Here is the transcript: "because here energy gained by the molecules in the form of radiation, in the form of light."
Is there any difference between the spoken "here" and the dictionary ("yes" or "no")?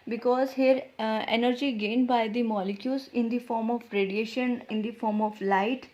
no